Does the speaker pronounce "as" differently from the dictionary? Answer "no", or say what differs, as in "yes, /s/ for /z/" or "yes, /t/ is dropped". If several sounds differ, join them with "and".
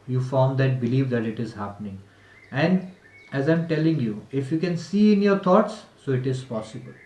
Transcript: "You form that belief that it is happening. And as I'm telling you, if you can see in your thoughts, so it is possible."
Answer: no